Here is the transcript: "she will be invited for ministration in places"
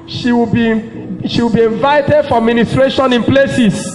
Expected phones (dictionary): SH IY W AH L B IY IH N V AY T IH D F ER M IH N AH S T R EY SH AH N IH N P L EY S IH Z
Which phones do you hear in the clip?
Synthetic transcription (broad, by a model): SH IY W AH W B IY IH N V AY T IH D F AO M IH N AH S T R EY SH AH N IH N P L EY S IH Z